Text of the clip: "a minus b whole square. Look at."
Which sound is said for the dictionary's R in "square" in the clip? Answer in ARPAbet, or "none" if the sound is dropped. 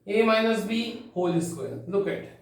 L